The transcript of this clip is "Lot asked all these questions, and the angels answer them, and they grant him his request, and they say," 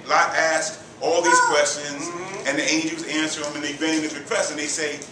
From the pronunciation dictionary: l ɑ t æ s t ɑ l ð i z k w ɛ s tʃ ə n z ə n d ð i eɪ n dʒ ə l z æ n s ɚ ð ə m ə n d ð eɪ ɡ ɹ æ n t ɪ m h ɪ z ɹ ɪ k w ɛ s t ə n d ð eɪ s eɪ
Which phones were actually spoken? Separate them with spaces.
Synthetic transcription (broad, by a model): l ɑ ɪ æ s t ɑ l ð i z k w ɛ s tʃ ə n z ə n ð i eɪ n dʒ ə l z æ n s ɚ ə m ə n ð eɪ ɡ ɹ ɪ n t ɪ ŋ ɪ ɹ ɪ k w ɛ s t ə n ð eɪ s eɪ